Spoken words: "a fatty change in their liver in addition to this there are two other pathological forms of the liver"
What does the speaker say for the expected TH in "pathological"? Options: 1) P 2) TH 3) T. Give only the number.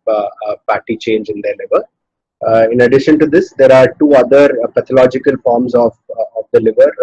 3